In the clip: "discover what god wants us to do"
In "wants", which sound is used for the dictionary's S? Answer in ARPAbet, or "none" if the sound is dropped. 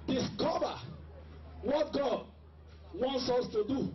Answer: S